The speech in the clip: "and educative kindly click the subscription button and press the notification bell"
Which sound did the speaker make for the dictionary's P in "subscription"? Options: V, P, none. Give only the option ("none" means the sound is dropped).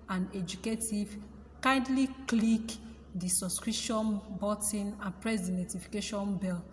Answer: none